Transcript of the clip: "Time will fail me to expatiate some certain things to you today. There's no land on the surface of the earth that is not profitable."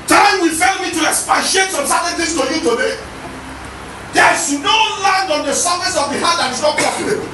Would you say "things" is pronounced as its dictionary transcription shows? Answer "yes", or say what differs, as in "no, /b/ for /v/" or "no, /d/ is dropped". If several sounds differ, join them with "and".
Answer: no, /t/ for /θ/